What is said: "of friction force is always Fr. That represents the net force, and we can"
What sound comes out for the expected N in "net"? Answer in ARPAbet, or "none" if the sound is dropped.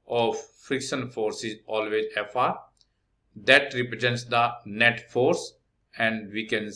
N